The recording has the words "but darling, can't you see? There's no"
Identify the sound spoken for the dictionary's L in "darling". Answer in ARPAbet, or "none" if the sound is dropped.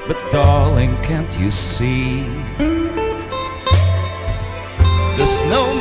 L